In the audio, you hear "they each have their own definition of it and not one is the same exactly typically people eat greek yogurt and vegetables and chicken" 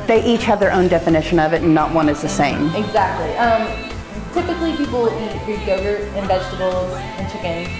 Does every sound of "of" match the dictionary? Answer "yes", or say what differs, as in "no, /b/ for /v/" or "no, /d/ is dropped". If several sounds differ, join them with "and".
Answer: yes